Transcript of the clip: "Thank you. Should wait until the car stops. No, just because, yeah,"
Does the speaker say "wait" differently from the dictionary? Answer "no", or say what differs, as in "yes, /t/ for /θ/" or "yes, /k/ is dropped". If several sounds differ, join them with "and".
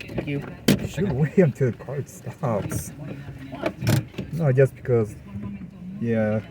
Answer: yes, /t/ is dropped